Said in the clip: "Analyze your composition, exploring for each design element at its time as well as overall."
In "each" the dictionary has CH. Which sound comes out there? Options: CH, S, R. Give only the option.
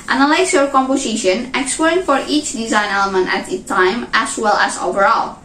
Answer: CH